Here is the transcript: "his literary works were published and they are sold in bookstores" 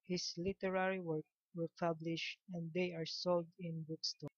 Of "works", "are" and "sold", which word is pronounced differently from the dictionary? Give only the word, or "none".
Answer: works